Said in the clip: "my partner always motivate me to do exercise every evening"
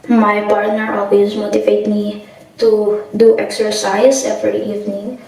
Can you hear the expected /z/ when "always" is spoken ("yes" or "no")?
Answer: no